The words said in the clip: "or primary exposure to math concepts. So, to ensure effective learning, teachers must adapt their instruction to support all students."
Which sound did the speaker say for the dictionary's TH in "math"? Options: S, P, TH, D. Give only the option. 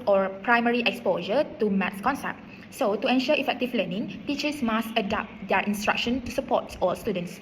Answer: S